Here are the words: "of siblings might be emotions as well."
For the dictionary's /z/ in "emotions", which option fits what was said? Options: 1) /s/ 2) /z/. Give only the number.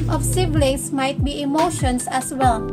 1